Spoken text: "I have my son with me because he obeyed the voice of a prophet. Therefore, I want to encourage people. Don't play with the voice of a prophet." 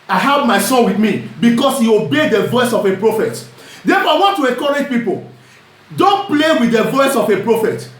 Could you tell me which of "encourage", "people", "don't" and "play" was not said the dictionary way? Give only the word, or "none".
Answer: encourage